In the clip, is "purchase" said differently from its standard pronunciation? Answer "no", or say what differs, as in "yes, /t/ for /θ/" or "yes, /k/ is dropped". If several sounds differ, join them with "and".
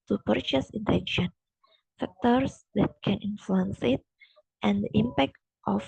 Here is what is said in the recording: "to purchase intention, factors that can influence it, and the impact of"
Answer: no